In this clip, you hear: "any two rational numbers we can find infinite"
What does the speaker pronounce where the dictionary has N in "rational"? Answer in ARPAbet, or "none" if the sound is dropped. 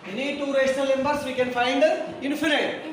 L